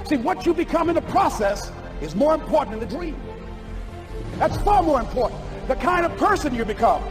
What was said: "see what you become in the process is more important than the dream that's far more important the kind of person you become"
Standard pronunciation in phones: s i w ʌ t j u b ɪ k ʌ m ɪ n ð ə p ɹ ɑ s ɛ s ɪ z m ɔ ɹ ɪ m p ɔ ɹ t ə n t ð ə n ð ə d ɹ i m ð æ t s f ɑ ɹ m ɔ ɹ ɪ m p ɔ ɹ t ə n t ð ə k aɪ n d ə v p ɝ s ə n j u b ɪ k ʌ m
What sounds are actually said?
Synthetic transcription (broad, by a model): s i w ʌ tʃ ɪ b ɪ k ʌ m ɪ n ð ə p ɹ ɑ s ɛ s ɪ z m ɔ ɹ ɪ m p ɔ ɹ t n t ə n ð ə d ɹ i m ð æ t s f ɑ ɹ m ɔ ɹ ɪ m p ɔ ɹ t n ð ə k aɪ n d ə v p ɝ s ə n j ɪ b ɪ k ʌ m